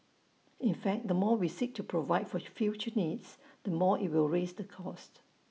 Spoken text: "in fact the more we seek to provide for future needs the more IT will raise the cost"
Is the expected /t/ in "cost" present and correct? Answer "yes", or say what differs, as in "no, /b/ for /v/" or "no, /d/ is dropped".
yes